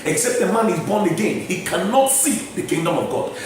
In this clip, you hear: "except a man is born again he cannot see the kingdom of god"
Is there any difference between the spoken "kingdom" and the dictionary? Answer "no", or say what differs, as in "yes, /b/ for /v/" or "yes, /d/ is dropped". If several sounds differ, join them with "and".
no